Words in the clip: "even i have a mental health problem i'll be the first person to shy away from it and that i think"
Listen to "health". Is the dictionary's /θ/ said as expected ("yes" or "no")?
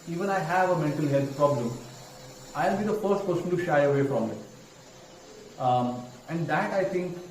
no